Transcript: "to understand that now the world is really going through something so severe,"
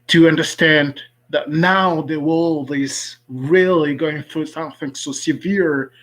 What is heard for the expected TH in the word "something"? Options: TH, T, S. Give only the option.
TH